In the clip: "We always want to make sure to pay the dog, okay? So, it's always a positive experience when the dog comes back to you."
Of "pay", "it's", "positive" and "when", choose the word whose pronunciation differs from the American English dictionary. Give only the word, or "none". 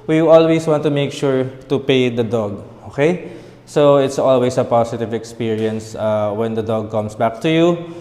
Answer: positive